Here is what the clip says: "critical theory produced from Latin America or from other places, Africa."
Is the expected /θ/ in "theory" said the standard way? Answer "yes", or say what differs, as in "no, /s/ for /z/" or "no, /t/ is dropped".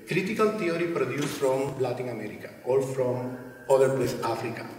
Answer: no, /t/ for /θ/